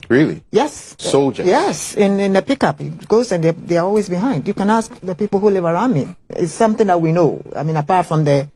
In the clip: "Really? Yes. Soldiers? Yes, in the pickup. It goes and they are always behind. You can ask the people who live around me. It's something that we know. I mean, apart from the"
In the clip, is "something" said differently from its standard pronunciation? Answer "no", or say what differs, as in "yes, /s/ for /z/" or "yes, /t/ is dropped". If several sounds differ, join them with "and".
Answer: no